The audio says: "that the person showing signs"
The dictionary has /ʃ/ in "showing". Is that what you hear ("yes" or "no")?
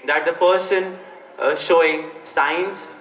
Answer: yes